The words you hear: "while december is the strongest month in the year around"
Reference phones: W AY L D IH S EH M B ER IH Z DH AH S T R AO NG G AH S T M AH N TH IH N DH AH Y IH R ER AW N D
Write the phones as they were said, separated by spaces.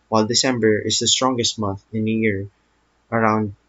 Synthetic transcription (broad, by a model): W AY L D IH S EH M B ER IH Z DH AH S T R AO NG G AH S T M AH N TH IH N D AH Y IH R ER AW N D